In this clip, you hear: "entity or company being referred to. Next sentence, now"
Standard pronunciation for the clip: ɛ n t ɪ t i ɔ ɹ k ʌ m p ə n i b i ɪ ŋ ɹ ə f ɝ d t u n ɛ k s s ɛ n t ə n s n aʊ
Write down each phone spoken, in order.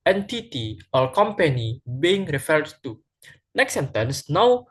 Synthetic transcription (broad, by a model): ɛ n t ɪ t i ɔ l k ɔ m p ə n i b i ɪ ŋ ɹ ə f ɝ d t u n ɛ k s s ɛ n t ə n s n aʊ